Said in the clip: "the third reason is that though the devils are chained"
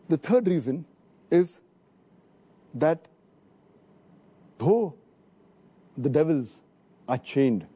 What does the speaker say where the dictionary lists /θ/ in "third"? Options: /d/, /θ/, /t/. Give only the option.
/t/